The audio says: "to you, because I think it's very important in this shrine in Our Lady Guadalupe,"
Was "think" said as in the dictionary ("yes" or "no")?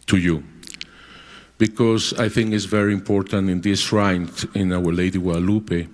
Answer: yes